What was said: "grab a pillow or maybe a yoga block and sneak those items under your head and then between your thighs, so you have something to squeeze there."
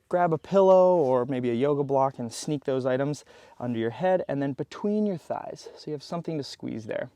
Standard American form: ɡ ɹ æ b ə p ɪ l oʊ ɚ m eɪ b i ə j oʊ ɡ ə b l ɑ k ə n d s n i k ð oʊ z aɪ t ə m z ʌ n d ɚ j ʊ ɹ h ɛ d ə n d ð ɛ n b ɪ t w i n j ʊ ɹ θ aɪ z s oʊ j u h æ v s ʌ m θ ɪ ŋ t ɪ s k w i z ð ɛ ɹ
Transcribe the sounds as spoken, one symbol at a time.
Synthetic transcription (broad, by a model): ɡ ɹ æ b ə p ɪ l oʊ ɚ m eɪ b i ə j oʊ ɡ ə b l ɑ k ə n s n i k ð oʊ z aɪ t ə m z ʌ n d ɚ j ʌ ɹ h ɛ d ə n ð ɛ n b ɪ t w i n j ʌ ɹ θ aɪ z s oʊ j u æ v s ʌ m θ ɪ ŋ t ɪ s k w i z ð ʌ ɹ